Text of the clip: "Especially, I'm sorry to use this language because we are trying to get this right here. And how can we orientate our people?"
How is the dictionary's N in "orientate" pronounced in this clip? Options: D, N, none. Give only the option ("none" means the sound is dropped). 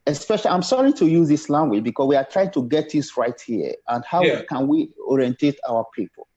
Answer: N